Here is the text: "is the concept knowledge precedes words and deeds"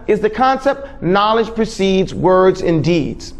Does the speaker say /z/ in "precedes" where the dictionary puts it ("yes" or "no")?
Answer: yes